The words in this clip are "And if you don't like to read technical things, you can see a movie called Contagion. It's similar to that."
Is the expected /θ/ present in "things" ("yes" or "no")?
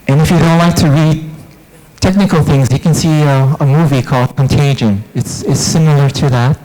yes